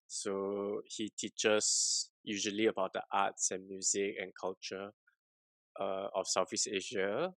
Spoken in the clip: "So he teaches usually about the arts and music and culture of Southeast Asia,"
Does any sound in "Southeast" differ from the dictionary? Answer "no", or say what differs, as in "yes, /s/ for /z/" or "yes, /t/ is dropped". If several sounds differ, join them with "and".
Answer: yes, /f/ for /θ/